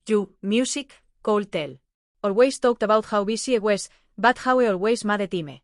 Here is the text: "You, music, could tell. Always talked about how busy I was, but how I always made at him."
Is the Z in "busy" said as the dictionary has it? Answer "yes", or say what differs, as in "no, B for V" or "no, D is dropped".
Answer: no, S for Z